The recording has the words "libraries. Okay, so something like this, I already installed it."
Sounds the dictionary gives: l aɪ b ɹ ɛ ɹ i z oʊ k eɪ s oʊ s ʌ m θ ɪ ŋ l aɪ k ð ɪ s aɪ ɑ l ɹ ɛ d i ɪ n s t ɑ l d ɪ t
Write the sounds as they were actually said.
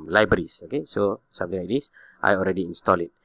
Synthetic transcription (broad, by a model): l aɪ b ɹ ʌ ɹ i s oʊ k eɪ s oʊ s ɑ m t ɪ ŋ l aɪ k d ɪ s aɪ ɑ l ɹ ɛ d i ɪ n s t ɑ l ɪ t